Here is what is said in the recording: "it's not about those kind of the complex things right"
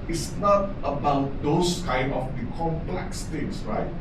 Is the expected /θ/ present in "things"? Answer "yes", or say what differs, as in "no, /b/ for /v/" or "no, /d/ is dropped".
no, /t/ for /θ/